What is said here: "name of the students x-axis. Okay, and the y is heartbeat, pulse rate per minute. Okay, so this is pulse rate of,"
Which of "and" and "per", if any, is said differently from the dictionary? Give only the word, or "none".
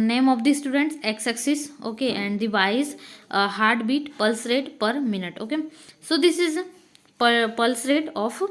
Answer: none